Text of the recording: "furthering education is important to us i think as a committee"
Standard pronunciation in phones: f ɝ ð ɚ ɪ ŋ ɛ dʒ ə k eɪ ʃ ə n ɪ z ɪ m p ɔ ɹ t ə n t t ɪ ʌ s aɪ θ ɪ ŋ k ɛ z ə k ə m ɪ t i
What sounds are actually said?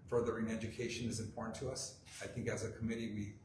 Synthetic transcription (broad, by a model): f ɝ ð ɚ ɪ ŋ ɛ dʒ ə k eɪ ʃ ə n ɪ z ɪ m p ɔ ɹ t n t t ɪ ʌ s aɪ θ ɪ ŋ k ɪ z ə k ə m ɪ t i